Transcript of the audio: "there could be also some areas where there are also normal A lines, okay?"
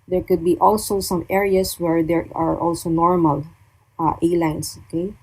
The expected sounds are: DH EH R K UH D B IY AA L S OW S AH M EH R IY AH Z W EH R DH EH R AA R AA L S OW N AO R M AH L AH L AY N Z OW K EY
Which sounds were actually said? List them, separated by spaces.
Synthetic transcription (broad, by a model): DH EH R K UH D B IY AA L S OW S AH M EH R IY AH S W EH R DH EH R AA R AA L S OW N AO R M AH L AH L AY N S OW K EY